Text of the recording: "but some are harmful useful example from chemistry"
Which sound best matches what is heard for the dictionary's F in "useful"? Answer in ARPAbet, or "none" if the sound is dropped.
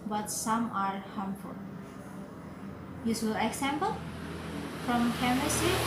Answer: none